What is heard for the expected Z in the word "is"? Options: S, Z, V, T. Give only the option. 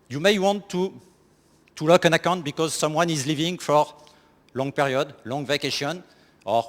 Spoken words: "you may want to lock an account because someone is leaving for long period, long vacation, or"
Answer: Z